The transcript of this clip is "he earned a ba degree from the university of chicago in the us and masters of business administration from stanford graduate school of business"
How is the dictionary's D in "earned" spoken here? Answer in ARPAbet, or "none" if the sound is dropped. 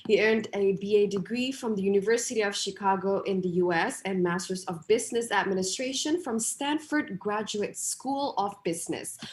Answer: D